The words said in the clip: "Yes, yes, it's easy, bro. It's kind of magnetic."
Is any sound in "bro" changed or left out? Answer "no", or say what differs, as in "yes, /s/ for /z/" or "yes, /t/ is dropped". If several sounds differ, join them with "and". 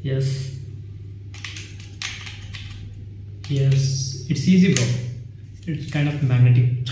yes, /ɹ/ is dropped